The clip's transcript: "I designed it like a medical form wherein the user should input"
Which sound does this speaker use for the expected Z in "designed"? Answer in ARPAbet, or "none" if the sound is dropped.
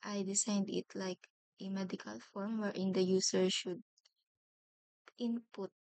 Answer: S